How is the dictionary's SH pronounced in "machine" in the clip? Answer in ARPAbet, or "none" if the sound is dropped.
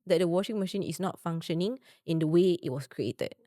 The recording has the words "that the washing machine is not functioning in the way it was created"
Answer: SH